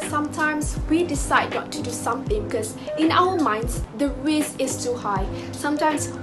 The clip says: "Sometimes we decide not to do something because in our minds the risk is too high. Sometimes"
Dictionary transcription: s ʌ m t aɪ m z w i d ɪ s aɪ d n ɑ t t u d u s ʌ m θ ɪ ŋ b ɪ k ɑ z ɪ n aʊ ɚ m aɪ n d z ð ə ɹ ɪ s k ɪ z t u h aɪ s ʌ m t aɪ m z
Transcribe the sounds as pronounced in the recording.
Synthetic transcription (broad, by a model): s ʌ m t aɪ m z w i d ɪ s aɪ d n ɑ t t u d u s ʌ m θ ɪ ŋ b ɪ k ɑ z ɪ n aʊ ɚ m aɪ n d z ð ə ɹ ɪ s ɪ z t u h aɪ s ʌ m t aɪ m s